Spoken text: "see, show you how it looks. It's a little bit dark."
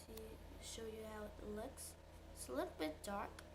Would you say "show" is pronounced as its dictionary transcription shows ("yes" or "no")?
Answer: yes